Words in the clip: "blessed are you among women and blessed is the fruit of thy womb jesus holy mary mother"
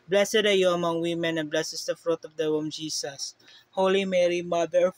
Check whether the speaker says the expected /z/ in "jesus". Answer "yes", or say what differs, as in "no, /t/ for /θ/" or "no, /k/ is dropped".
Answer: no, /s/ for /z/